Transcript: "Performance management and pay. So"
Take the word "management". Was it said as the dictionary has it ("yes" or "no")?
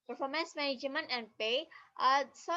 no